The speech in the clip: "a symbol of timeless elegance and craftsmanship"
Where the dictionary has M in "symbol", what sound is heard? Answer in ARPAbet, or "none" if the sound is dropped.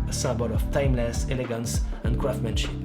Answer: none